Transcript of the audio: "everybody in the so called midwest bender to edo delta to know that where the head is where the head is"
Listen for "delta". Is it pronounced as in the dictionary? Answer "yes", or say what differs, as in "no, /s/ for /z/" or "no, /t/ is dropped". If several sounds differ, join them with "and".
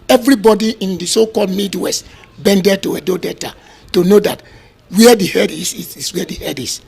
no, /l/ is dropped